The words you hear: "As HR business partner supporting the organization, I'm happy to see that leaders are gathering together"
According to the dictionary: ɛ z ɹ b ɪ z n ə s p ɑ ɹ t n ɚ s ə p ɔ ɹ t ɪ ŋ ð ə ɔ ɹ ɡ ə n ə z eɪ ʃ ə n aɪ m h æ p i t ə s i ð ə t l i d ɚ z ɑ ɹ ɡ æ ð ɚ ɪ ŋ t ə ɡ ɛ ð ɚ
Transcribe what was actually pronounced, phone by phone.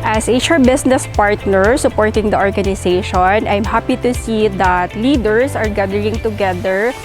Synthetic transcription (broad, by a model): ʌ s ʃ b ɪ s n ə s p ɑ ɹ t n ɚ s ə p ɔ ɹ t ɪ ŋ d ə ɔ ɹ ɡ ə n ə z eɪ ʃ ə n aɪ m h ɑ p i t ə s i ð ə t l i d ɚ s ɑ ɹ ɡ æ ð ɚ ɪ ŋ t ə ɡ ɛ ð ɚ